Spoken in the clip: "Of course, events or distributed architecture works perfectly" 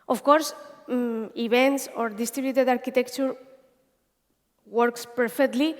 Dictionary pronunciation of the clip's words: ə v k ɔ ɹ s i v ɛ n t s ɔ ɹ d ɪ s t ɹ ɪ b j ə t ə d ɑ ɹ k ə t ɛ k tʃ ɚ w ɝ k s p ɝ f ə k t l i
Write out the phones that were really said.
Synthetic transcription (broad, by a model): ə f k ɔ ɹ s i b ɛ n t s ɔ ɹ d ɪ s t ɹ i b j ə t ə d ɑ ɹ k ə t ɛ k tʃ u w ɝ k s p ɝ f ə k t l i